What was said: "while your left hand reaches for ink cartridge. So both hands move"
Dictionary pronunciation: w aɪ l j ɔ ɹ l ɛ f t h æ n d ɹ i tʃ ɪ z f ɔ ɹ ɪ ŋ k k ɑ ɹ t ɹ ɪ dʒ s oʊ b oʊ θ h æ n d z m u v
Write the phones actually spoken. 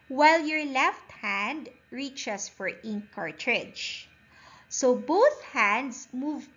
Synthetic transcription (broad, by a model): w aɪ l j ɔ ɹ l ɛ f t h æ n d ɹ i tʃ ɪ s f ɔ ɹ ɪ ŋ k k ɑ ɹ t ɹ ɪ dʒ s oʊ b oʊ θ h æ n d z m u v